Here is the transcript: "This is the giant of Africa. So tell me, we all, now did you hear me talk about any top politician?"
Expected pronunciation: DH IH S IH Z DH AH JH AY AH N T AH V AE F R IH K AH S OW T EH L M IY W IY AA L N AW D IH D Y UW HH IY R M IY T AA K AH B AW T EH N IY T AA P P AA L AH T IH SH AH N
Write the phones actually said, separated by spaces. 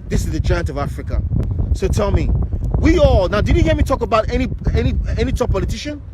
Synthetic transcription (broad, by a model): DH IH S IH Z DH AH JH AY AH N T AH V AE F R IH K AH S OW T EH L M IY W IY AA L N AW D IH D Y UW HH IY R M IY T AA K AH B AW T EH N IY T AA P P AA L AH T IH SH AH N